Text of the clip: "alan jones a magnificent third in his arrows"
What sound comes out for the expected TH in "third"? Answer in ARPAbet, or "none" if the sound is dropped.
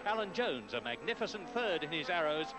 TH